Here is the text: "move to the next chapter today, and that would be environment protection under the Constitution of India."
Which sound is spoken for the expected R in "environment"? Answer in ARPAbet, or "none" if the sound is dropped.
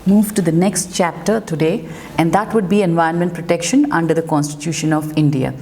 none